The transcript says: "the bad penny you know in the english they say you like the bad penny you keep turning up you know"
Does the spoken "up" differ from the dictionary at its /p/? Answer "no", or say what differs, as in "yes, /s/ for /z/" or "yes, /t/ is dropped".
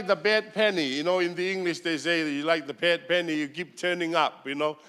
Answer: no